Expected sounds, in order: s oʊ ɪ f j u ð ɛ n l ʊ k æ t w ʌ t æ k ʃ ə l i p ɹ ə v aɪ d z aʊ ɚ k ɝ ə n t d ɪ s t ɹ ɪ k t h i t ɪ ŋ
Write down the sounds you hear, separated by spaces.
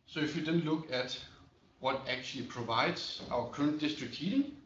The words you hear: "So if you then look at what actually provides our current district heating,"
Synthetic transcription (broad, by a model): s oʊ ɪ f j u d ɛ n l ʊ k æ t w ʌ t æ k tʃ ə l i p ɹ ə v aɪ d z aʊ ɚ k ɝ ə n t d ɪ s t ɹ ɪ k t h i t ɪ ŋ